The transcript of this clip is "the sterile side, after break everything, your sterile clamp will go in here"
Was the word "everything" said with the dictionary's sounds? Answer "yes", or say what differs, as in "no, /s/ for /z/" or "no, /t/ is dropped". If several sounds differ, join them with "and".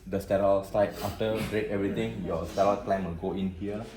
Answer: no, /t/ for /θ/